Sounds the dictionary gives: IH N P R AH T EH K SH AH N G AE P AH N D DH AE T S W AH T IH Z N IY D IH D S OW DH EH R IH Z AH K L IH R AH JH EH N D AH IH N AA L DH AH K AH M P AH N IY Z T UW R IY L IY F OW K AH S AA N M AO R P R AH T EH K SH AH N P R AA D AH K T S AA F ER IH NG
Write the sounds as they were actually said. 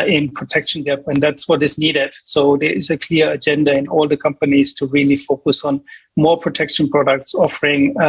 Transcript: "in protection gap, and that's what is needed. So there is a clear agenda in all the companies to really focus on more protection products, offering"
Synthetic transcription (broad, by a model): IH N P R AH T EH K SH AH N G AE P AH N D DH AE T S W AH T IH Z N IY D IH D S OW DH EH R IH Z AH K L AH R AH JH EH N D AH IH N AA L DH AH K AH M P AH N IY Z T UW R IY L IY F OW K AH S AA N M AO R P R AH T EH K SH AH N P R AA D AH K T S AA F ER IH NG